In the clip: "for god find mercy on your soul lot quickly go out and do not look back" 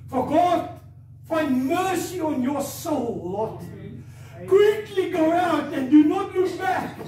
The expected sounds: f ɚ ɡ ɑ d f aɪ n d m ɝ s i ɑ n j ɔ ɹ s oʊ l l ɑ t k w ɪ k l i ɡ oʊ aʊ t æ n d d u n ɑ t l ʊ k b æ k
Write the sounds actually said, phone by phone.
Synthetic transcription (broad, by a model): f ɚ ɡ ɑ d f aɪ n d m ɝ s i ɑ n j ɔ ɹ s oʊ l w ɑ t k w ɪ k l i ɡ oʊ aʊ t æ n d d u n ɑ t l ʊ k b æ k